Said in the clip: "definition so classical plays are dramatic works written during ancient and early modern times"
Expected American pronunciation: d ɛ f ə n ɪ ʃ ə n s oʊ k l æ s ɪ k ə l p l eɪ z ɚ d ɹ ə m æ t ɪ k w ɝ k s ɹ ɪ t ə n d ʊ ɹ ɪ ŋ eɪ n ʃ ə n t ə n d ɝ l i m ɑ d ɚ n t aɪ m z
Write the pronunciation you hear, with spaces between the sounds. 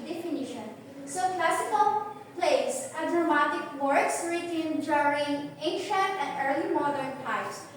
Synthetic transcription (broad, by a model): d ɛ f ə n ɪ ʃ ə n s oʊ k l æ s ɪ k ə l p l eɪ s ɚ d ɹ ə m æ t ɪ k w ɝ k s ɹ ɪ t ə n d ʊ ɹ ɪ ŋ eɪ n ʃ ə n t ə n d ɝ l i m ɑ d ɚ n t aɪ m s